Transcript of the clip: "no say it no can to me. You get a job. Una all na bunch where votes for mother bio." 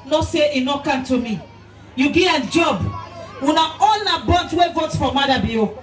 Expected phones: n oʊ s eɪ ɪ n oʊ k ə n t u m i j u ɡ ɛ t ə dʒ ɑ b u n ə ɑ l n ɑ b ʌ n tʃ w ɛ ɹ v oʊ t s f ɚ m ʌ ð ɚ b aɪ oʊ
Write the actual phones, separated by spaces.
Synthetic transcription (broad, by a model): n oʊ s eɪ ɪ n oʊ k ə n t u m i j u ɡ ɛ ə dʒ ɑ b u n ə ɑ l n ɑ b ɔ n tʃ w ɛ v oʊ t f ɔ m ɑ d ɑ b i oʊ